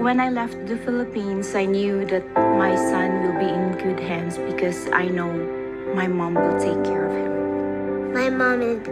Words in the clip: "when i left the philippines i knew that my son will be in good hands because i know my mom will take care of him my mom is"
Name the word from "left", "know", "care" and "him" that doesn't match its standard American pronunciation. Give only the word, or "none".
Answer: none